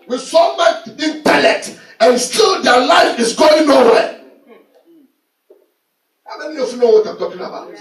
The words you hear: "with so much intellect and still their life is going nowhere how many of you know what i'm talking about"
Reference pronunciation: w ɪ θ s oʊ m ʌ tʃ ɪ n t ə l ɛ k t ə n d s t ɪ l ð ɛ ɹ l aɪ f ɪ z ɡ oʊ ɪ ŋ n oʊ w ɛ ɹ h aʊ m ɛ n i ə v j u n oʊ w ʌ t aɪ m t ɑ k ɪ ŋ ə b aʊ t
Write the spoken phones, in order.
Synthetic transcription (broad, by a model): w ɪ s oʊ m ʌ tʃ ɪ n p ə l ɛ t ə n s t ɪ l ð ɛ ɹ l aɪ f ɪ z ɡ oʊ ɪ ŋ n oʊ w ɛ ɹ h aʊ m ɛ n i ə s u n oʊ w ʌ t aɪ m t ɑ k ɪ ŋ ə b aʊ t